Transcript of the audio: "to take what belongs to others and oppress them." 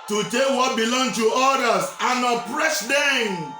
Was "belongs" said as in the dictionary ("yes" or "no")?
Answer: no